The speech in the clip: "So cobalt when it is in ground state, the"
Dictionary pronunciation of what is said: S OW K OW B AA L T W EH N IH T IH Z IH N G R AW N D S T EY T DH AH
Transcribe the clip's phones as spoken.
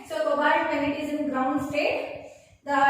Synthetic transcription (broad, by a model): S OW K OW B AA T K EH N IH T IH Z IH N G R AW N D S T EY T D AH